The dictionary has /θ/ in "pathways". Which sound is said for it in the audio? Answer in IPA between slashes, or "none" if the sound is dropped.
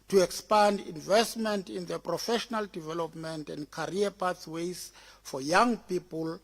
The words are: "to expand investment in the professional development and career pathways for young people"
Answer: /s/